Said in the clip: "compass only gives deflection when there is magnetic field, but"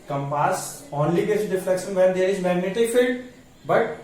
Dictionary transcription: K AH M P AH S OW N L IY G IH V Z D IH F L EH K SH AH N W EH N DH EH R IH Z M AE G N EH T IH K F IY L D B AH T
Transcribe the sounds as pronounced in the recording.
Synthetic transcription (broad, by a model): K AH M P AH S OW N L IY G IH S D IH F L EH K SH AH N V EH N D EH R IH Z M AE G N EH T IH K F IY L D B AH T